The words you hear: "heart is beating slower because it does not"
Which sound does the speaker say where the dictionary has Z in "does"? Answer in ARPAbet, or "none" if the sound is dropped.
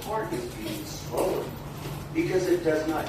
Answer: Z